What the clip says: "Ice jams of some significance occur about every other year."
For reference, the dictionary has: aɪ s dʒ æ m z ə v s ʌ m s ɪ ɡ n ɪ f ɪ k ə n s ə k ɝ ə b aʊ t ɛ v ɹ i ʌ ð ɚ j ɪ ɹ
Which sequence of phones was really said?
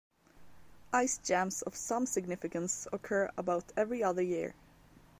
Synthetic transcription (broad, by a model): aɪ s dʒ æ m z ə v s ʌ m s ɪ ɡ n ɪ f ɪ k ə n s ə k ɝ ə b aʊ t ɛ v ɹ i ʌ ð ɚ j ɪ ɹ